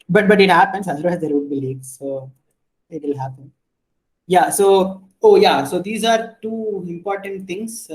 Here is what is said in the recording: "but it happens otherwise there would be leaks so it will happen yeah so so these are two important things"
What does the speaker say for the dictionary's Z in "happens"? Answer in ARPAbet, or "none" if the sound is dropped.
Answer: S